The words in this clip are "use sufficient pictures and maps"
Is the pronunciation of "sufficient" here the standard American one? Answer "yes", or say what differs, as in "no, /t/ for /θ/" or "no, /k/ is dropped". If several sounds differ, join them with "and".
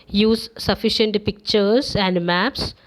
yes